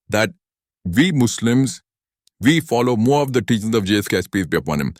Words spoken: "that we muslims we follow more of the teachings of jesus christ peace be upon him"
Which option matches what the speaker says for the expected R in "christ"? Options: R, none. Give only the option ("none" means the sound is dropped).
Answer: none